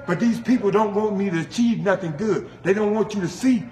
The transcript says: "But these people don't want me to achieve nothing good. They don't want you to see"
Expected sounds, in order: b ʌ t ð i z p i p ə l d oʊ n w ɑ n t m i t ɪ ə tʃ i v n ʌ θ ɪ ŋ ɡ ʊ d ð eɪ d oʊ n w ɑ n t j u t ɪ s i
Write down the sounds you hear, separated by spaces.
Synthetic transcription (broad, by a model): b ʌ t ð i z p i p l d oʊ n w ɑ n t m i t ɪ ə tʃ i v n ʌ θ ɪ ŋ ɡ ʊ d ð eɪ d oʊ n w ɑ n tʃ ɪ t ɪ s i